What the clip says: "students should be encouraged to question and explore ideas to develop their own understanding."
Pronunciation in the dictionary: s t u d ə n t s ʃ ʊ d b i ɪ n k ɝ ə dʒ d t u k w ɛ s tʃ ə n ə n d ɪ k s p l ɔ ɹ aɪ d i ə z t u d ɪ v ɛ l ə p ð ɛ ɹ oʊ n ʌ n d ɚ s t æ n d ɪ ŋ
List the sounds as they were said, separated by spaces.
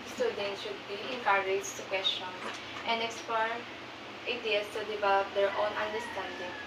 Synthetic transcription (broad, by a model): s t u d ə n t ʃ ʊ d b i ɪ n k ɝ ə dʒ t u k w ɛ s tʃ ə n ə n d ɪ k s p ɔ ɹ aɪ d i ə s t u d ɪ v ɛ l ə p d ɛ ɹ oʊ n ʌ n d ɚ s t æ n d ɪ ŋ